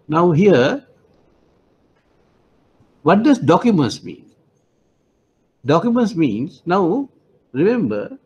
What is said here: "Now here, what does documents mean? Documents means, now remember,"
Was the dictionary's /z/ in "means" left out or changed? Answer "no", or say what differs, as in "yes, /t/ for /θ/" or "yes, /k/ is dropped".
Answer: yes, /s/ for /z/